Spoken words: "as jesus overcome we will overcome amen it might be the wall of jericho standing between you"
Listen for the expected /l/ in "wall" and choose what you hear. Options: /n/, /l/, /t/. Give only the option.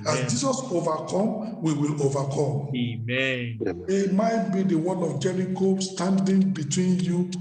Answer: /n/